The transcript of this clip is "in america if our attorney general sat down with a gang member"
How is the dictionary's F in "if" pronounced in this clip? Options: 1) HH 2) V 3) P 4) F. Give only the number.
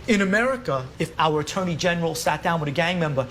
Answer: 4